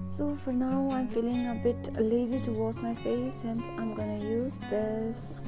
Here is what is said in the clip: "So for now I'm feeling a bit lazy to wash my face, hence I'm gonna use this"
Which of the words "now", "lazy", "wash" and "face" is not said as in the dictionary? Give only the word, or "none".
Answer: wash